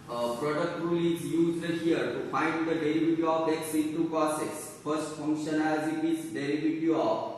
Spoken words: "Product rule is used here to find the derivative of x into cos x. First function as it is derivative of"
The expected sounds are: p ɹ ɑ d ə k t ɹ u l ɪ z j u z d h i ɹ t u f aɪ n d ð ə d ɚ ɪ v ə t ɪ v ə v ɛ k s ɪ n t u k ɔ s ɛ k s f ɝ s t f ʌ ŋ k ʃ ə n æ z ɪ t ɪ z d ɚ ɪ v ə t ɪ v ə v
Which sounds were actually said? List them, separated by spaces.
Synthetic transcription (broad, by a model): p ɹ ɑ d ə k t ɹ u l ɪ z j u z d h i ɹ t u f aɪ n d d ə d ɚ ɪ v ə t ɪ ə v ɛ k s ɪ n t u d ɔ s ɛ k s f ɝ s t f ʌ ŋ k ʃ ə n æ z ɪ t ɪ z d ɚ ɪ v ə t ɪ ə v